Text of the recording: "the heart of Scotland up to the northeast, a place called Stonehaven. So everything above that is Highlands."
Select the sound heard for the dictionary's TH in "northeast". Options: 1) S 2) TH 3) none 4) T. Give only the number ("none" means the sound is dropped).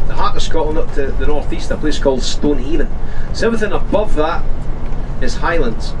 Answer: 2